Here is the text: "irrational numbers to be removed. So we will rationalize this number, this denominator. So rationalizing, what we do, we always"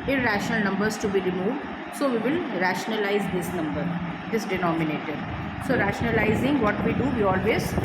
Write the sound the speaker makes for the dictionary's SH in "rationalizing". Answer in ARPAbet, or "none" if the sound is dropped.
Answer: SH